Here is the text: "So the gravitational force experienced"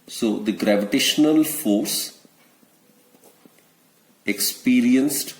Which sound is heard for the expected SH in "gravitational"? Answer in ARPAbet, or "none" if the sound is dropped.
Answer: SH